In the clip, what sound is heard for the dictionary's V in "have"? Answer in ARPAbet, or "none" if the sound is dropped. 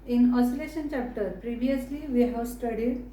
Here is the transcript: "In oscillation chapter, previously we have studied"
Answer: W